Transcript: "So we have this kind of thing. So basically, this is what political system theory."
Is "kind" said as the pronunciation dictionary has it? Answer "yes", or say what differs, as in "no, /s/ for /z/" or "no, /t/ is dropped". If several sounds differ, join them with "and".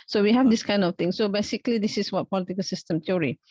yes